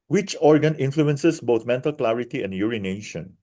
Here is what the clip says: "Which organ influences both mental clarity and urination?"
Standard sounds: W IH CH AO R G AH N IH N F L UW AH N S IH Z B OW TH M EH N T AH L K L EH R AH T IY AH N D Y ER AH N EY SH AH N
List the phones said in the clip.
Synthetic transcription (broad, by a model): W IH CH AO R G AH N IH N F L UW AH N S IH S B OW T M EH N T AH L K L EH R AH T IY AH N D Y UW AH N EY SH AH N